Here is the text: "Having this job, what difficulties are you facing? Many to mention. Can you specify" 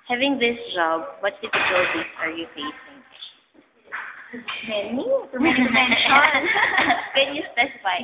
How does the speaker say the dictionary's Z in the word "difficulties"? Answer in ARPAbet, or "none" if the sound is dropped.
S